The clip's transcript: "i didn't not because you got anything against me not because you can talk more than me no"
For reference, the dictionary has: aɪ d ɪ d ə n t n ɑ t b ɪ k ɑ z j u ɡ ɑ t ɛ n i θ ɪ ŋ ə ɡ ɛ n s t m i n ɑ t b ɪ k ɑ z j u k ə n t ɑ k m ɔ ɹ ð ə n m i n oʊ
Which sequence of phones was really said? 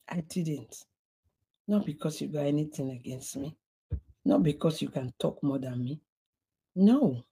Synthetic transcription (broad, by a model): aɪ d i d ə n t n ɑ t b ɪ k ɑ s j u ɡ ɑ ɛ n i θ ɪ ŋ ə ɡ ɛ n s t m i n ɑ t b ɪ k ɑ s j u k ə n t ɑ k m ɔ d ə n m i n oʊ